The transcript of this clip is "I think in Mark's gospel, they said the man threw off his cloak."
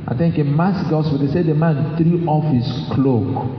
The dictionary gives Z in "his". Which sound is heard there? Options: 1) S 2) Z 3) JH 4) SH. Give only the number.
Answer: 1